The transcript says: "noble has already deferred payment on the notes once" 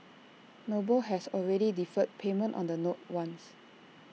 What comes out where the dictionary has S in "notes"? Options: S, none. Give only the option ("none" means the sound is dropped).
none